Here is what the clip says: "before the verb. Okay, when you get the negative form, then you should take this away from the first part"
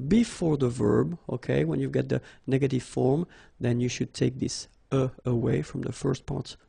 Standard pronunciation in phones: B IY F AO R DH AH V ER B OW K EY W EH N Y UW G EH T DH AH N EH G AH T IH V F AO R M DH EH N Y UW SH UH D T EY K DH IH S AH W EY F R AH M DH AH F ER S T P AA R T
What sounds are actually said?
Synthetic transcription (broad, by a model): B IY F AO R DH AH V ER B OW K EY W EH N Y UW G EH T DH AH N EH G AH T IH V F AO R M DH EH N Y UW SH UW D T EY K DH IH S AH W EY F R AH M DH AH F ER S T P AA R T